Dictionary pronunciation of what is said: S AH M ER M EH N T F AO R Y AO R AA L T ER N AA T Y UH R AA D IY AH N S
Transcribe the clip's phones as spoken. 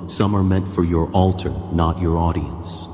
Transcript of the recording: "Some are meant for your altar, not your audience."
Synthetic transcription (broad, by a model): S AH M ER M EH N T F AO R Y AO R AA L T ER N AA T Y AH R AA D IY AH N S